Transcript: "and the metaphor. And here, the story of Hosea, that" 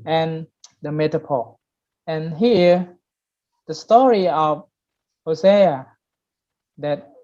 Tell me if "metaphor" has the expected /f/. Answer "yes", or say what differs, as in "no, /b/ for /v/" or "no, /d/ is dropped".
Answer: no, /p/ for /f/